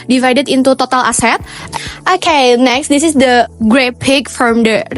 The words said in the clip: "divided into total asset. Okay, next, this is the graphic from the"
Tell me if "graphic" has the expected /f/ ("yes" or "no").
no